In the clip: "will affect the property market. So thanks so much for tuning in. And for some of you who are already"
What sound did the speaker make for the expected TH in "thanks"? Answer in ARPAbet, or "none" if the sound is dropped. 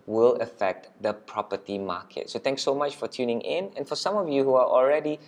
T